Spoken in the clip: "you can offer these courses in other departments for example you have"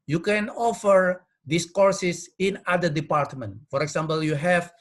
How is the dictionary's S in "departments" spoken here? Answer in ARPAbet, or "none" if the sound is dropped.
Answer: none